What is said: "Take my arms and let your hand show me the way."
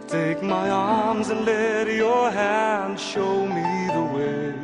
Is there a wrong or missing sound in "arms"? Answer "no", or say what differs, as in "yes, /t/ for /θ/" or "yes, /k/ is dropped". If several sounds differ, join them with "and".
no